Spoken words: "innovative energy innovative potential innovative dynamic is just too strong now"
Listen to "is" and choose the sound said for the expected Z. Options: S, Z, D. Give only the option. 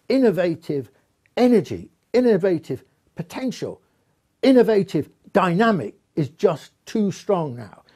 Z